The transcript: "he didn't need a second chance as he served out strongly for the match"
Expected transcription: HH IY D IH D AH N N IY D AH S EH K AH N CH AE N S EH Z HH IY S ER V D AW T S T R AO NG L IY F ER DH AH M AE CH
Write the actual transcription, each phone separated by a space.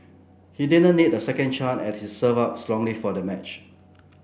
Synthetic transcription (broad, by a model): HH IY D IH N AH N N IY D AH S EH K AH N CH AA N EH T HH IY S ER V AW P S T R AO NG L IY F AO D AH M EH CH